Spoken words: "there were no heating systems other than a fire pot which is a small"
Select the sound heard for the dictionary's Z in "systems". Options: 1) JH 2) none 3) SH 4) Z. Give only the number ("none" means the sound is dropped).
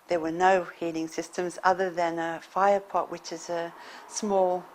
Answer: 4